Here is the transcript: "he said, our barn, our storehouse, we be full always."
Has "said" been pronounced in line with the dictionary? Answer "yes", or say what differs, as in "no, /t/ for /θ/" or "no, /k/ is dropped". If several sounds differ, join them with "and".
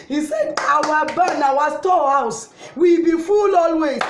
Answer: yes